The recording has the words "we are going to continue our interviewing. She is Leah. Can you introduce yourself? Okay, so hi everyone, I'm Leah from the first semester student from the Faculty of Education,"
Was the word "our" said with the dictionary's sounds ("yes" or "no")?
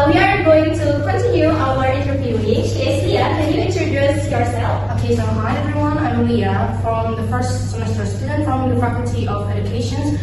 no